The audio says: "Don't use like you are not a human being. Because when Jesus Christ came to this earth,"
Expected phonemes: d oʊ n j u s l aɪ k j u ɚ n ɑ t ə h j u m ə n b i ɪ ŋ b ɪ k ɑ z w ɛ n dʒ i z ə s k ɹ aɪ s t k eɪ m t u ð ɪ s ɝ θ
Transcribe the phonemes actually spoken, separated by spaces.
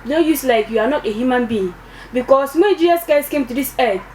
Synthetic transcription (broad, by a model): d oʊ j u s l aɪ k j u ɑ n ɑ t ə h j u m ə n b i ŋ b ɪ k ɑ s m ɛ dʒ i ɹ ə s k aɪ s k eɪ m t u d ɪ s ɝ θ